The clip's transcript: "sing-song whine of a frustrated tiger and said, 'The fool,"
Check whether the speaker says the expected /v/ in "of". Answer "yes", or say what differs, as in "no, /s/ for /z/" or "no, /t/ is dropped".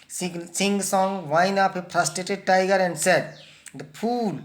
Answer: no, /p/ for /v/